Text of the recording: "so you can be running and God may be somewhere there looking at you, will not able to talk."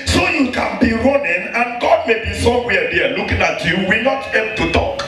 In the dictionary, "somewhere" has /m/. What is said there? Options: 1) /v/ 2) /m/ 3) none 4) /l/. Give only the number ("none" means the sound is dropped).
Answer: 3